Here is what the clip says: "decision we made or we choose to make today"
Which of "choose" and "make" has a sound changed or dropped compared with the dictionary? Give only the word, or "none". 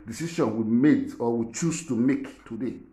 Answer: choose